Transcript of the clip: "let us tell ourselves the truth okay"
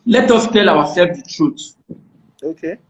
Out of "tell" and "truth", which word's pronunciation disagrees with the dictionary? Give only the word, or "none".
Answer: truth